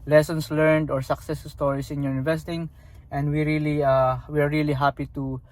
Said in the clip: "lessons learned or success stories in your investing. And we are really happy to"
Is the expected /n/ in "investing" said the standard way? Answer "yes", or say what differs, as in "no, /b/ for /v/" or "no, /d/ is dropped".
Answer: no, /n/ is dropped